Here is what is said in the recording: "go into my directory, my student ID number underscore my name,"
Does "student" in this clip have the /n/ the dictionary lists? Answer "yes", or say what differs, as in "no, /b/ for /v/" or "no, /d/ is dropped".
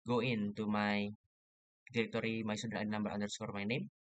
no, /n/ is dropped